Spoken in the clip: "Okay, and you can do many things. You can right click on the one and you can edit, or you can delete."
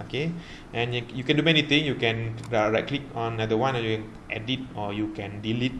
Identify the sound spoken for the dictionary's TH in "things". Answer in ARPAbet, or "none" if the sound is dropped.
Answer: T